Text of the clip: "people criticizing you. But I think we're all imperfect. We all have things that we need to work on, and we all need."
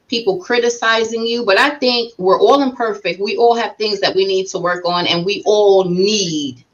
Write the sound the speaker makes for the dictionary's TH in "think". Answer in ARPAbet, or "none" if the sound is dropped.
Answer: TH